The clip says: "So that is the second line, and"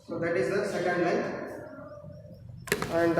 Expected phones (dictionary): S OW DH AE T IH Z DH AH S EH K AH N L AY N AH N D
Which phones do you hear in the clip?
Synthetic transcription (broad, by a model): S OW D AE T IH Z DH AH S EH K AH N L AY AH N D